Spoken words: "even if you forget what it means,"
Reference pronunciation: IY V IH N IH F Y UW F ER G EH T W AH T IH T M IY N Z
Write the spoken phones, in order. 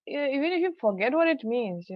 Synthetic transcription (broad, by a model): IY V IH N IH F Y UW F ER G EH T W AH T IH T M IY N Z